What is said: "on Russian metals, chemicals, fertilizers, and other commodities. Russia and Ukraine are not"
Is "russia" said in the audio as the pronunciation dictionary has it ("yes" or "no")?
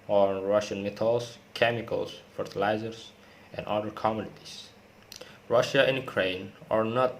yes